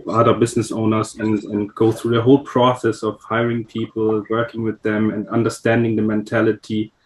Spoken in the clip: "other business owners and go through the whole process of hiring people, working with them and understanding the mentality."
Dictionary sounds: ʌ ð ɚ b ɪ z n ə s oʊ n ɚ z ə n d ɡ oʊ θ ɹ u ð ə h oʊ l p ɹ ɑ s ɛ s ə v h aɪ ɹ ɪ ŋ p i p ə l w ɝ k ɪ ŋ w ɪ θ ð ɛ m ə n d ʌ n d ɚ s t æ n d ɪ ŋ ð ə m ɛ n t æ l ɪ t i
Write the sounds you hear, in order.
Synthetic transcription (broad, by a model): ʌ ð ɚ b ɪ z n ə s oʊ n ɚ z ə n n ɡ oʊ θ ɹ u ð ə h oʊ l p ɹ ɑ s ɛ s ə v h aɪ ɹ ɪ ŋ p i p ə l w ɝ k ɪ ŋ w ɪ ð ɛ m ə n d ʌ n d ɚ s t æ n d ɪ ŋ ð ə m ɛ n t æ l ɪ t i